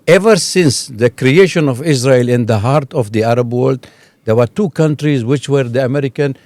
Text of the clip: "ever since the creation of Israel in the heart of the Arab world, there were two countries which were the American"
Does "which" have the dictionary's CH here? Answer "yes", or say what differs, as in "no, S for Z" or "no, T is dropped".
yes